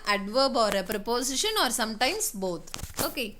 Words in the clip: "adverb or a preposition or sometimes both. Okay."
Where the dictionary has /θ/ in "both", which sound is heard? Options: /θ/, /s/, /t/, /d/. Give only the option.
/t/